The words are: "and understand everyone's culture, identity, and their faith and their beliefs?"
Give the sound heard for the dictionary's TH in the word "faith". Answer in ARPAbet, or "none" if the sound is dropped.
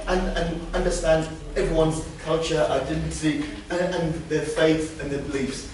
TH